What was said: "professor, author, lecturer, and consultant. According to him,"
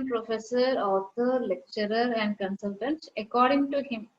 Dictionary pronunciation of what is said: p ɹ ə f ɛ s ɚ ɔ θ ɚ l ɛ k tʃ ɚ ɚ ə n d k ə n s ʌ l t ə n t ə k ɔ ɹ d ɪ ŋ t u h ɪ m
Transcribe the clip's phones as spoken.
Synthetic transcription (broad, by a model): p ɹ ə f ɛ s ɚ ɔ t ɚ l ɛ k tʃ ɚ ɚ ə n d k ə n s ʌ l t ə n t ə k ɔ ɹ d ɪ ŋ t u h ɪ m